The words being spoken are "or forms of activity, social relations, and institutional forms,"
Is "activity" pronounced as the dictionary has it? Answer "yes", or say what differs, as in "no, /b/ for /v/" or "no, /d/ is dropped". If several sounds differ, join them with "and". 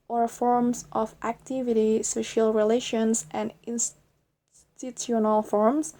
yes